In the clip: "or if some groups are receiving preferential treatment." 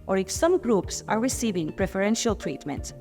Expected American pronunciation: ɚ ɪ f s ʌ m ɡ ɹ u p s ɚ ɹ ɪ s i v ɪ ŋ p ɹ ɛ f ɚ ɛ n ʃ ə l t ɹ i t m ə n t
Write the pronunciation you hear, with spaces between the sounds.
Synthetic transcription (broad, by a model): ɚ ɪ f s ʌ m ɡ ɹ u p s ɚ ɹ ɪ s i v ɪ ŋ p ɹ ɛ f ɚ ɛ n ʃ ə l t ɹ i t m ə n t